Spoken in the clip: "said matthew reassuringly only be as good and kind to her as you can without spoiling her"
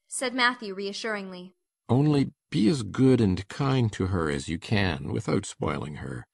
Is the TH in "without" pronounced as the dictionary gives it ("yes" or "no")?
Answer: yes